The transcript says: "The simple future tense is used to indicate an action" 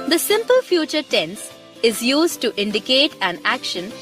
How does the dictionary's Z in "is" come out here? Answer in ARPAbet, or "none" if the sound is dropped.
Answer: Z